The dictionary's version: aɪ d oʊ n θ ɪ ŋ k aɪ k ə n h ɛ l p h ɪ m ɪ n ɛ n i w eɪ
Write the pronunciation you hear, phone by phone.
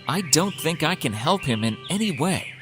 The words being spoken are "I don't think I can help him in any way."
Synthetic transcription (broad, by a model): aɪ d oʊ n θ ɪ ŋ k aɪ k ə n h ɛ l p h ɪ m ɪ n ɛ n i w eɪ